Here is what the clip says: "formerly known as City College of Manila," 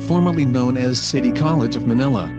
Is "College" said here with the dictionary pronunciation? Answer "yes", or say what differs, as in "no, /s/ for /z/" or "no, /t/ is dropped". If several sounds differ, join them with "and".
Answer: yes